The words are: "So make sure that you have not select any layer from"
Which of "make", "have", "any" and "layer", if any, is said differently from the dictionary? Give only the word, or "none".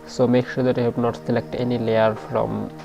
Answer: have